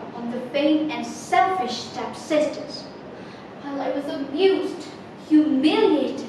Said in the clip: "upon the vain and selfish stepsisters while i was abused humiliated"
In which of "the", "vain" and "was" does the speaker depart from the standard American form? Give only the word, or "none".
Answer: vain